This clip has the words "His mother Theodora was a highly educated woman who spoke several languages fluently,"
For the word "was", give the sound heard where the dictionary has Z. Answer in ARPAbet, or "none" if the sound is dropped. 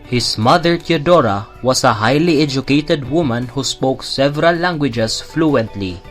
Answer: S